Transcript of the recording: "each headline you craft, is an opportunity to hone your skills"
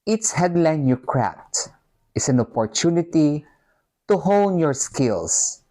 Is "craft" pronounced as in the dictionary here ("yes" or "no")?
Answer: no